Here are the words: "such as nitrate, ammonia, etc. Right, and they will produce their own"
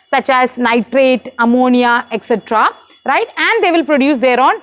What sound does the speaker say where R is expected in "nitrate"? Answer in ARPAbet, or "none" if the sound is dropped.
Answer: R